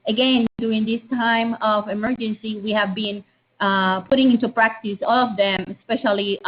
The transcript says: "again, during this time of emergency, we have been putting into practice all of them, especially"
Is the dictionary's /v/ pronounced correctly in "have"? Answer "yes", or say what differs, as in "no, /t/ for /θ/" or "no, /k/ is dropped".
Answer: yes